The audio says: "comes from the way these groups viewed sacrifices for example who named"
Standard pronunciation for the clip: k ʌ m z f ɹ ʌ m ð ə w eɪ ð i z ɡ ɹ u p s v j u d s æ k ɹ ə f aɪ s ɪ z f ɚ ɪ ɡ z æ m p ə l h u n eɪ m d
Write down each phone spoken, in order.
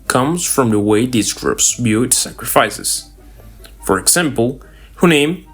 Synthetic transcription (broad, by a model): k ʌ m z f ɹ ʌ m ð ə w eɪ ð i z ɡ ɹ u p s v j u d s æ k ɹ ə f aɪ s ɪ z f ɚ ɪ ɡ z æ m p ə l h u n eɪ m